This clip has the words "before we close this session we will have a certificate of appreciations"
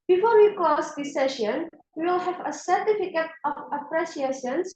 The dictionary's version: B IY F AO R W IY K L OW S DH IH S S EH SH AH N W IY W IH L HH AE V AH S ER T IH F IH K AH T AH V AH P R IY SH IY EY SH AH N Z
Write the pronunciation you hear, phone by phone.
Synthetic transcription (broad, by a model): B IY F AO R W IY K OW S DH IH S S EH SH AH N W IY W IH L HH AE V AH S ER T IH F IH K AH T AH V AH P R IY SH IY EY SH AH N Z